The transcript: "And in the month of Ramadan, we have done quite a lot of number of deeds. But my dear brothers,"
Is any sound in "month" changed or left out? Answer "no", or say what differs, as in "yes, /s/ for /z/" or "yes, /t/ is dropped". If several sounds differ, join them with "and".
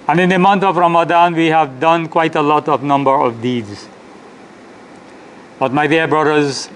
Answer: yes, /t/ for /θ/